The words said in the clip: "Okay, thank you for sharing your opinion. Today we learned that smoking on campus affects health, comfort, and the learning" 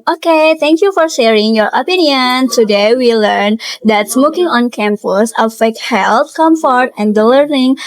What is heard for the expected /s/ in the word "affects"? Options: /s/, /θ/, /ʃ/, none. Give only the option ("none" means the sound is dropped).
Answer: none